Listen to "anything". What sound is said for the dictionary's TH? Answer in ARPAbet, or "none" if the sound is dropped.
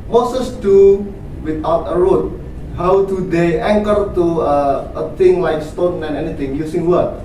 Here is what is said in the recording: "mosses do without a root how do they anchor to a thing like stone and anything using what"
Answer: T